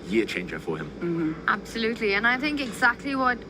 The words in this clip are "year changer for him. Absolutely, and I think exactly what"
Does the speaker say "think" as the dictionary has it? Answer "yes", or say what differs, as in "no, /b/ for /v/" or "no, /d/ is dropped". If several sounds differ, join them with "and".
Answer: yes